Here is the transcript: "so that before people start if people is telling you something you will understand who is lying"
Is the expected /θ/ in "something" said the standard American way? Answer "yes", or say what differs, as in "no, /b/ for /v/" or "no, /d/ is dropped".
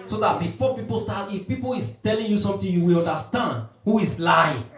no, /t/ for /θ/